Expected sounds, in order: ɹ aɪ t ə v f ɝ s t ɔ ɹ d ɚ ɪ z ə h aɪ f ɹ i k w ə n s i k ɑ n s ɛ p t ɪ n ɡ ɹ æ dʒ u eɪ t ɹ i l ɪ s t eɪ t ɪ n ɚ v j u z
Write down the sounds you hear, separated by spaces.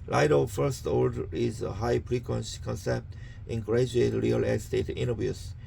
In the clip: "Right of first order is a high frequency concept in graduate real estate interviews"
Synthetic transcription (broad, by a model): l aɪ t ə f ɝ s t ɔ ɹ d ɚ ɪ z ə h aɪ p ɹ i k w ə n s k ɑ n s ɛ p t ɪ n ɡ ɹ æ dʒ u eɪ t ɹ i l ɪ s t eɪ t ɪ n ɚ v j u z